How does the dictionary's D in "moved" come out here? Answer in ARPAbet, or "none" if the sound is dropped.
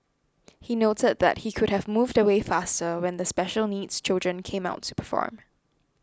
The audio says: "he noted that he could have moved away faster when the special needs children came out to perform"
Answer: D